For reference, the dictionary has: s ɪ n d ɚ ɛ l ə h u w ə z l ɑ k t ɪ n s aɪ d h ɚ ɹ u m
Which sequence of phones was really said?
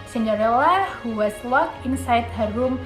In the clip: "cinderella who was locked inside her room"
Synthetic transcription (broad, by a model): s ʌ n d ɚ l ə h u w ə s l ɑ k ɪ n s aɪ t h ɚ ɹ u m